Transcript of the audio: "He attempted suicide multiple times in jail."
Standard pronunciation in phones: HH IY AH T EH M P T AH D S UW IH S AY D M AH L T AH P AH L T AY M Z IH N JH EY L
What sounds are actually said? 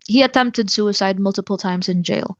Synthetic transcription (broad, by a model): HH IY AH T EH M P T AH D S UW IH S AY D M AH L T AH P L T AY M Z IH N JH EY L